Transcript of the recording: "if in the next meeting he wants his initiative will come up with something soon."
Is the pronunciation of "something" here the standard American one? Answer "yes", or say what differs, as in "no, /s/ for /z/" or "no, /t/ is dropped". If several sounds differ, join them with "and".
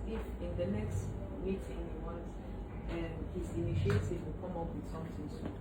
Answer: no, /t/ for /θ/